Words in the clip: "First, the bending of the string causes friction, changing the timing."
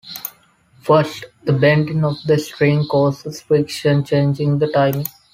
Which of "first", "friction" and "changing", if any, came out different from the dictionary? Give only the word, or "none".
friction